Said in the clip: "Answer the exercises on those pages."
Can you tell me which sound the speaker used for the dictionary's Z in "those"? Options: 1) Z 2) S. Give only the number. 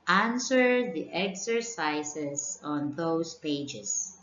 2